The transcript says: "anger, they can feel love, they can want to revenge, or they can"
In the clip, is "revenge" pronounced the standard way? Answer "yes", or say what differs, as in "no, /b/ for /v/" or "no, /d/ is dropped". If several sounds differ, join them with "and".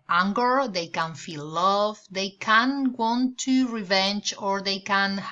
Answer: yes